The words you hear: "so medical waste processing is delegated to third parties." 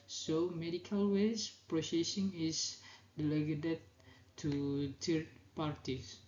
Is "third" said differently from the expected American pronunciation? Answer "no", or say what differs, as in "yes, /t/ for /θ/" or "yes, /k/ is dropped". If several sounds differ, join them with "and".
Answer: yes, /t/ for /θ/